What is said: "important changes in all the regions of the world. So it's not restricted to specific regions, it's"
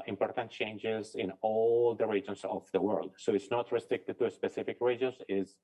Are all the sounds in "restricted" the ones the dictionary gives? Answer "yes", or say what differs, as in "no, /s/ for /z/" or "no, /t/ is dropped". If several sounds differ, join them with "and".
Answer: yes